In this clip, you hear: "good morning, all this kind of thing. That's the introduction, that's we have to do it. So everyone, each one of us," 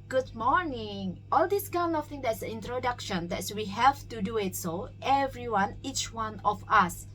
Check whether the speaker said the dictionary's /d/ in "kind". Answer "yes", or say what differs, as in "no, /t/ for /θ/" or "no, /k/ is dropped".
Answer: no, /d/ is dropped